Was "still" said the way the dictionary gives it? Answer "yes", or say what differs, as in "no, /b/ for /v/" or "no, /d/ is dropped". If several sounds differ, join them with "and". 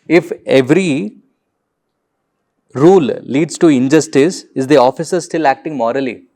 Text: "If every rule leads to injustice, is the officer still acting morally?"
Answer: yes